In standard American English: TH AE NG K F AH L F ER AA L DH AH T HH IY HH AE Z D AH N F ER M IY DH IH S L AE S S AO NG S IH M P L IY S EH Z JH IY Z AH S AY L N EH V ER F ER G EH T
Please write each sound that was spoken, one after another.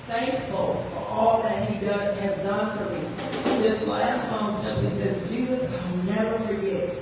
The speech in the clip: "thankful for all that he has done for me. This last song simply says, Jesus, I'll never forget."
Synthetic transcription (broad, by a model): TH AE NG K F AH L F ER AA L DH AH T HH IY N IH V D AH N F ER M IY DH IH S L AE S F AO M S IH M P IY S EH Z JH IY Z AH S AY L N EH V ER F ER G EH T